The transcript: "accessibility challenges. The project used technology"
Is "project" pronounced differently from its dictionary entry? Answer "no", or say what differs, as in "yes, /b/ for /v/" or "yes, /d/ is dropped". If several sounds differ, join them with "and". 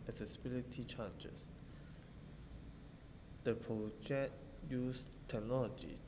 yes, /k/ is dropped